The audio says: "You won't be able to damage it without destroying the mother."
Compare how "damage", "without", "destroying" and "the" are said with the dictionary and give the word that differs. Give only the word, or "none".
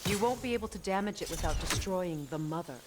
none